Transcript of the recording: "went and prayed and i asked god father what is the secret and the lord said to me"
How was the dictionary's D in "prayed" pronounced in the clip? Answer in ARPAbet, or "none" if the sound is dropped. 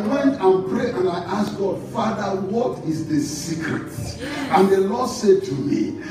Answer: none